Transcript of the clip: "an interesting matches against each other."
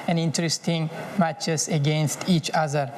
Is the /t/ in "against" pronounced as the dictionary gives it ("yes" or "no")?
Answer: yes